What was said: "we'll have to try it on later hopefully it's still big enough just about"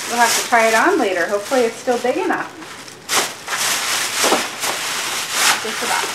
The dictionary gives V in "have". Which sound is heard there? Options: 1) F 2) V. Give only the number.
1